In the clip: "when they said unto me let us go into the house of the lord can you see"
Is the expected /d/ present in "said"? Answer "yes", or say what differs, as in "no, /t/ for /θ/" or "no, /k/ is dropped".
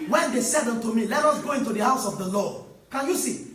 yes